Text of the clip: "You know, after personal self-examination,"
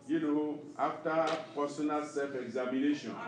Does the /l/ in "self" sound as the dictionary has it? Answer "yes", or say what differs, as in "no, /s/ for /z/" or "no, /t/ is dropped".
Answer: no, /l/ is dropped